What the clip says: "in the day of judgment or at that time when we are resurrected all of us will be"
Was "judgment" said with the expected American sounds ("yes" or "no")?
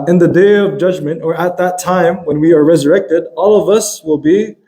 yes